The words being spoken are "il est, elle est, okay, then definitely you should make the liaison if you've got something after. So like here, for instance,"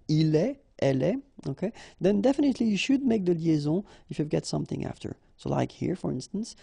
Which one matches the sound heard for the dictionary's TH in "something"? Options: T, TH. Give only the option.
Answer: TH